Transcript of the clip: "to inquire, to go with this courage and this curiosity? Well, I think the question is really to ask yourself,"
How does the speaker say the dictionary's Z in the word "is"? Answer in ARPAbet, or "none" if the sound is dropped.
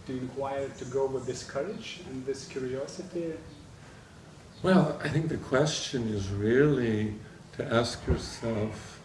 Z